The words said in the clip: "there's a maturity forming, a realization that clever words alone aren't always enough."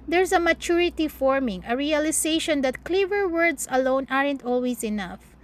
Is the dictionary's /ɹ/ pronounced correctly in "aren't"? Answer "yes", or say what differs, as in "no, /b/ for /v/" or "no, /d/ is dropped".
yes